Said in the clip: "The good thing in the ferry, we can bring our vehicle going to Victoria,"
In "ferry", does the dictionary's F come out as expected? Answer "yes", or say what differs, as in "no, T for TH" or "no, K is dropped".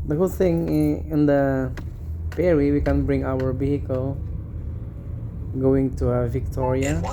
no, P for F